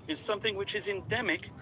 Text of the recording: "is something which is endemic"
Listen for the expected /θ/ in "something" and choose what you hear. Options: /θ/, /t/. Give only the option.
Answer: /θ/